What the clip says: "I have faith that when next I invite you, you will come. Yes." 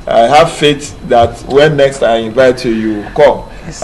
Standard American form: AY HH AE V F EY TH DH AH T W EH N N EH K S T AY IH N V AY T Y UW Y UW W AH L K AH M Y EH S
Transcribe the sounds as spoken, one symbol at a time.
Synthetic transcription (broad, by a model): AY HH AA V F EY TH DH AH T W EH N N EH K S T AY IH N V AY T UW Y UW K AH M